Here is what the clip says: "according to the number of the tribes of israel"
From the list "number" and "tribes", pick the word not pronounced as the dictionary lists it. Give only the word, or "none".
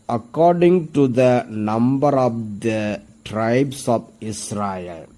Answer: tribes